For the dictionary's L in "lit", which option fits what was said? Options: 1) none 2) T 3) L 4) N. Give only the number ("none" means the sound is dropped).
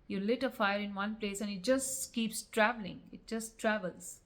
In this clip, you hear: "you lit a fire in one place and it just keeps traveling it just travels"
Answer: 3